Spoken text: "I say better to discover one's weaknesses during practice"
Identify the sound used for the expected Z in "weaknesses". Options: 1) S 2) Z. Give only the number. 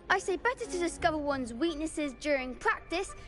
2